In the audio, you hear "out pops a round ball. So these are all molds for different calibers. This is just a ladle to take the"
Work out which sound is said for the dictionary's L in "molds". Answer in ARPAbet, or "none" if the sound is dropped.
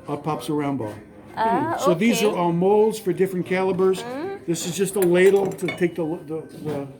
L